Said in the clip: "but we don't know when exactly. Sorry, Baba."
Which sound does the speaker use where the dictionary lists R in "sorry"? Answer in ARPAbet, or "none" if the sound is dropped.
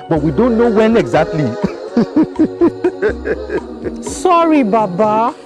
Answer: R